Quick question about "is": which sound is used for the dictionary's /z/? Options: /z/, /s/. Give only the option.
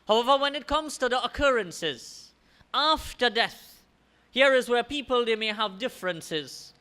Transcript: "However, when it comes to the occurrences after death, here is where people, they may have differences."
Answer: /z/